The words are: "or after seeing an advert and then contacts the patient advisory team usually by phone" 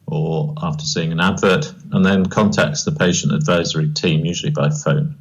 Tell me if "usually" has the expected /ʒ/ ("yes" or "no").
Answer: yes